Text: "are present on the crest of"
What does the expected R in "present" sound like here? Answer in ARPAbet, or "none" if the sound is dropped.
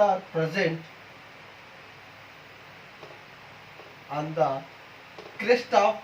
R